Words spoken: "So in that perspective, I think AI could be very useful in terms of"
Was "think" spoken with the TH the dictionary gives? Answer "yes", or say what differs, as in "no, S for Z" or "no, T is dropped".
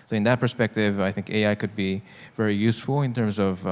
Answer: yes